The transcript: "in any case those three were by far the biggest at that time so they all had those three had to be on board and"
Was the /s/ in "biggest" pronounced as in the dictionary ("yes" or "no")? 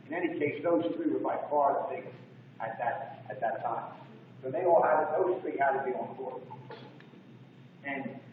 no